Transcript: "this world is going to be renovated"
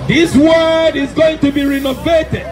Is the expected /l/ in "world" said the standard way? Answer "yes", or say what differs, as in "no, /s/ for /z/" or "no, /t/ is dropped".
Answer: no, /l/ is dropped